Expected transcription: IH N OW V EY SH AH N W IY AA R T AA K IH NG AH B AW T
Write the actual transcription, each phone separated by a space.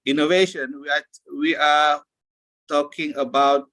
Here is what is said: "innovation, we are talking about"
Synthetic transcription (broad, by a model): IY N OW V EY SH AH N W IY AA W T AA K IH NG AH B AW T